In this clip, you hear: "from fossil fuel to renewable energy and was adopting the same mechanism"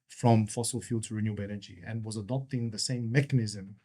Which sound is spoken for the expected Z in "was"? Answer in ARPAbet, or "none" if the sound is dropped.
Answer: Z